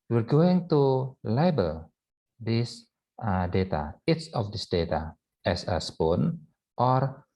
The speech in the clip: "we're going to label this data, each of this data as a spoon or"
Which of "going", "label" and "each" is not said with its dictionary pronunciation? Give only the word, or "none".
each